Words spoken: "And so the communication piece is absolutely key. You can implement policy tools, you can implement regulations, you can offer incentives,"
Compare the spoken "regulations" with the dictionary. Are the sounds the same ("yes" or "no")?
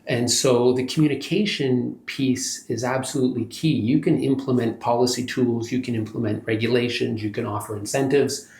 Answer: yes